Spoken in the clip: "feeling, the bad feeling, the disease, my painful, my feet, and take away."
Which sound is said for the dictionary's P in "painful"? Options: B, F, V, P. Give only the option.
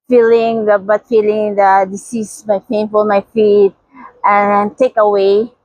F